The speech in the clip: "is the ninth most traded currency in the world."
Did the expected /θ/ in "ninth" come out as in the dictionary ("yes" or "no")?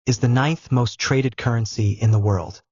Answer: yes